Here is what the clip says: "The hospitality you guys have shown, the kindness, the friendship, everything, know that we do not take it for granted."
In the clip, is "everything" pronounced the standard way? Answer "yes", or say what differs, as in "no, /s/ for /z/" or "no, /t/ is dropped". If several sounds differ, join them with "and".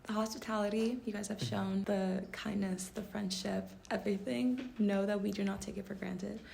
yes